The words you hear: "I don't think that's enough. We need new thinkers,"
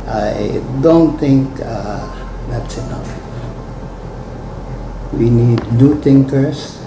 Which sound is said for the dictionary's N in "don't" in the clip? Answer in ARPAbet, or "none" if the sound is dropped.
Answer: N